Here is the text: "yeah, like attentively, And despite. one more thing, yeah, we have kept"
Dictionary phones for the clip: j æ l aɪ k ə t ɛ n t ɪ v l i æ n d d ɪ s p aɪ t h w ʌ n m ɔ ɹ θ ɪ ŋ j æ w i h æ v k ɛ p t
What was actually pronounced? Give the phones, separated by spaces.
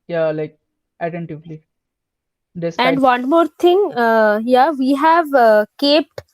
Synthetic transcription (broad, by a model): j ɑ l aɪ k ə t ɛ n t ɪ v l i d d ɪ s ɛ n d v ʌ n m ɔ ɹ t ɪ ŋ j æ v i h æ v k ɛ p t